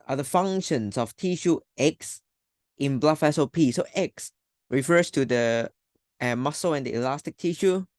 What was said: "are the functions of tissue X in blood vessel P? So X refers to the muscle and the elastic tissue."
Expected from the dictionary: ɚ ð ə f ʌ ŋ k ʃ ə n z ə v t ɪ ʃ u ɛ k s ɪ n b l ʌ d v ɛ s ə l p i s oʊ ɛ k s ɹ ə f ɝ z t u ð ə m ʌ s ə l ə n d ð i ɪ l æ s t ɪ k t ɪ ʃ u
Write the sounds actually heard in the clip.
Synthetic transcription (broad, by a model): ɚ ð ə f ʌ ŋ ʃ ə n s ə f t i ʃ u ɛ k s ɪ n b l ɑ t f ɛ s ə p i s oʊ ɛ k s ɹ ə f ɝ s t u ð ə m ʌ s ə ə n d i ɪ l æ s t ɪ k t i ʃ u